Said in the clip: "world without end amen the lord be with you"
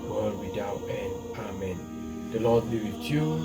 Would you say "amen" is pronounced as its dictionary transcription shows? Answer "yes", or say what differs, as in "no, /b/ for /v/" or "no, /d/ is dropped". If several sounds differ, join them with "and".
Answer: yes